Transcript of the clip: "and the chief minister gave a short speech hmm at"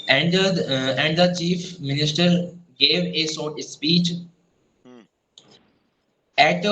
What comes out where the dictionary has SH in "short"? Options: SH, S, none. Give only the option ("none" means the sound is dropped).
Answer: S